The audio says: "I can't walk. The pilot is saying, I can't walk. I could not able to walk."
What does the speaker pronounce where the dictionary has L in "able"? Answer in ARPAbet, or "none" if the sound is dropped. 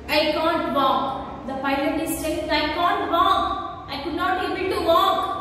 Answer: N